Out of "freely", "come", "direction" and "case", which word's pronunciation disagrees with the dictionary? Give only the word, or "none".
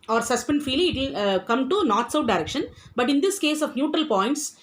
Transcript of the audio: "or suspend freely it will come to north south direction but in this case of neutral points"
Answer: freely